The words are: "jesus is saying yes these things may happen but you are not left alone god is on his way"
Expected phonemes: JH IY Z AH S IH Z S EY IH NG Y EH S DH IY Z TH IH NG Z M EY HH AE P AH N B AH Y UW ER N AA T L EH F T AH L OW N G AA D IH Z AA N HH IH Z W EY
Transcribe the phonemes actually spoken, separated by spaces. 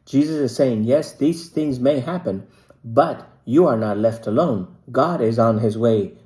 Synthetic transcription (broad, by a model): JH IY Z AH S IH Z S EY IH NG Y EH S DH IY Z TH IH NG Z M EY HH AE P AH N B AH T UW ER N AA T L EH F T AH L OW N G AA D IH Z N HH IH Z W EY